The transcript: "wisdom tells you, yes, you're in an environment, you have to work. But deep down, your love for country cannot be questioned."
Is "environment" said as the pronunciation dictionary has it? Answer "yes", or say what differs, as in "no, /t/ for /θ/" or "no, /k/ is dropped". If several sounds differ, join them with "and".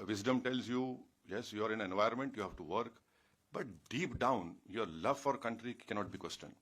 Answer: no, /ɹ/ is dropped